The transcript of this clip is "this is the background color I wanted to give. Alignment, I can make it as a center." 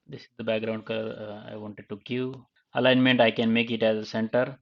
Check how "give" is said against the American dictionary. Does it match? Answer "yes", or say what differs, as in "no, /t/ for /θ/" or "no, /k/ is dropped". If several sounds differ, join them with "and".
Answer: no, /v/ is dropped